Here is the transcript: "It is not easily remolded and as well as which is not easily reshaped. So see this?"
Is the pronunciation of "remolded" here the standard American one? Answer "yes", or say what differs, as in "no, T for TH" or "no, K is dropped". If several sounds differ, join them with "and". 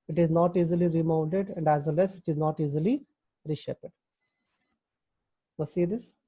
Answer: no, N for L